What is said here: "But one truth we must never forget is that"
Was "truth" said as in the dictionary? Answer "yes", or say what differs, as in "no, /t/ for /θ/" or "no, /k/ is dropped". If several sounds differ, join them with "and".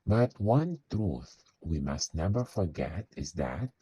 yes